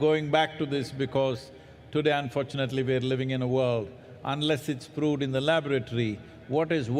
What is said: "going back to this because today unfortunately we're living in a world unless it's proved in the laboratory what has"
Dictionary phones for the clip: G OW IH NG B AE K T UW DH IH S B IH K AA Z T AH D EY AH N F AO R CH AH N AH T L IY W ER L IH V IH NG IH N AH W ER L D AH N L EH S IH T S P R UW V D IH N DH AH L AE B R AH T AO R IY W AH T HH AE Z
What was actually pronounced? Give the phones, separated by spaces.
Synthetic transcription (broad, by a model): G OW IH NG B AE K T UW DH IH S B IH K AA Z T AH D EY AH N F AO R CH AH N AH T L IY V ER L IH V IH NG IH N AH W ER L D AH N L EH S IH T S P R UW D IH N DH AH L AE B R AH T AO R IY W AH T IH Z